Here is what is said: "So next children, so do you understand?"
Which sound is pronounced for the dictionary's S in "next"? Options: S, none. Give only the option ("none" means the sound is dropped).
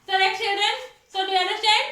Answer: none